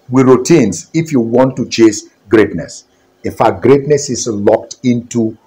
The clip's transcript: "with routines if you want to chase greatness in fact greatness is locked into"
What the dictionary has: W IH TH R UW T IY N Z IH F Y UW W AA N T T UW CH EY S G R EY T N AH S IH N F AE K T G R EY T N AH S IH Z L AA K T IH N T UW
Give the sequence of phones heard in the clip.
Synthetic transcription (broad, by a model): W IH R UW T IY N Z IH F Y UW W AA N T T UW CH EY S G R EY T N AH S IH N F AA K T G R EY T N AH S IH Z L AA K T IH N T UW